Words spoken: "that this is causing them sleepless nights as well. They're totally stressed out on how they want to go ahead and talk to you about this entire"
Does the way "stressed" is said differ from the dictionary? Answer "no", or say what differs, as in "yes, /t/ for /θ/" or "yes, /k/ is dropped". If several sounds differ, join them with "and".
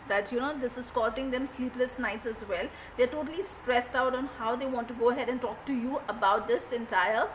no